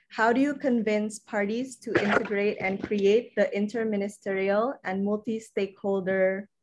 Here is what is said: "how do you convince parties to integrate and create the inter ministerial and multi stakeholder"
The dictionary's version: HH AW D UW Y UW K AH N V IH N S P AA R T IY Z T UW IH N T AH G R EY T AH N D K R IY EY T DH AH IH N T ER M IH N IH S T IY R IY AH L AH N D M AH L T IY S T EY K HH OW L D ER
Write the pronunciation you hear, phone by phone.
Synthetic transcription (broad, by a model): HH AW D UW Y UW K AH N V IH N S P AA R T IY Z T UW IH N T AH G R EY T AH N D K R IY EY T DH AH IH N T ER M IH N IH S T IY R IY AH L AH N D M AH L T IY S T EY K HH OW L D ER